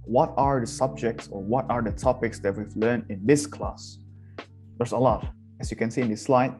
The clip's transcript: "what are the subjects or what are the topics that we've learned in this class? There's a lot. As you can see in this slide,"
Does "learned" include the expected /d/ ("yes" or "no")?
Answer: no